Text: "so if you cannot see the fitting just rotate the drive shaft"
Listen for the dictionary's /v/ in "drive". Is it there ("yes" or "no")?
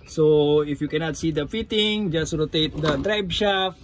no